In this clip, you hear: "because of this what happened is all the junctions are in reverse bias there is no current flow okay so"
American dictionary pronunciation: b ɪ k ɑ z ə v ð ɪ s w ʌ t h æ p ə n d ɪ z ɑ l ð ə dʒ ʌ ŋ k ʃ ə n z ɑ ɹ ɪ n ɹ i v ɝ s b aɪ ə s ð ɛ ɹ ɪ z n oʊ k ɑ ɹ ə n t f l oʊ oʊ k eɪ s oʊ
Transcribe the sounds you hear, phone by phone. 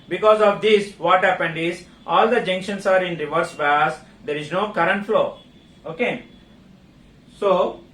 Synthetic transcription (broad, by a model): b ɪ k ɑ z ə v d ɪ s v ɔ t h æ p ə n d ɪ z ɑ l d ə dʒ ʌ ŋ k ʃ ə n s ɑ ɹ ɪ n ɹ i v ɝ s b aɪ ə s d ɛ ɹ ɪ z n oʊ k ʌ ɹ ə n t f l oʊ oʊ k eɪ s oʊ